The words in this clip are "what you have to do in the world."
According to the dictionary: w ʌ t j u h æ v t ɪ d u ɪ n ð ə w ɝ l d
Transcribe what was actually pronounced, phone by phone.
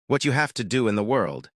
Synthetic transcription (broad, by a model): w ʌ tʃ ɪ h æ f t ɪ d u ɪ n ð ə w ɝ l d